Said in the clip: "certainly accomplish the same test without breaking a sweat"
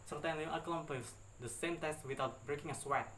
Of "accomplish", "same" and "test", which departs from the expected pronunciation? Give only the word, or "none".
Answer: accomplish